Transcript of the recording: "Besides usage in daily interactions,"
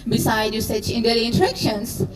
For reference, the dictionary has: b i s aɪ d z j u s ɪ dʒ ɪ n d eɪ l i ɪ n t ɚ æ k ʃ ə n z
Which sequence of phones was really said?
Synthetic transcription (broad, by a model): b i s aɪ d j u s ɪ tʃ ɪ n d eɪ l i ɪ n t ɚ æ k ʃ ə n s